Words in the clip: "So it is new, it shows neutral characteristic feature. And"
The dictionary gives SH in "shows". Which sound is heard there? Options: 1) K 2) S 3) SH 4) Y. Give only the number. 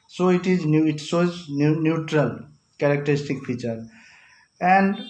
2